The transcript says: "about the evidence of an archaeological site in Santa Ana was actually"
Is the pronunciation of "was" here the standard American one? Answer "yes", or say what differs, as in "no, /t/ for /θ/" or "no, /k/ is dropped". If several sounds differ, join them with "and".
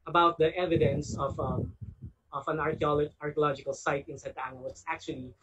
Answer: no, /s/ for /z/